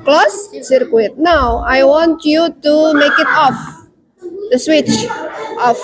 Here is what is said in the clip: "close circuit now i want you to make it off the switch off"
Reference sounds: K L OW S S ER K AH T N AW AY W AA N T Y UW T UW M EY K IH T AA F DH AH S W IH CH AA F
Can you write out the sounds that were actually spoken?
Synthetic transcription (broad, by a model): K L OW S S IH K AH T N AW AY W AA N T Y UW T UW M EY K IH T AA F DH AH S W IH CH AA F